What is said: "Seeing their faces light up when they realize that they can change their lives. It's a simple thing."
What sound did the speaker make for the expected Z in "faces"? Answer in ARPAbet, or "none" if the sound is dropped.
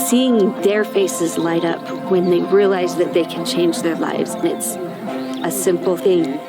Z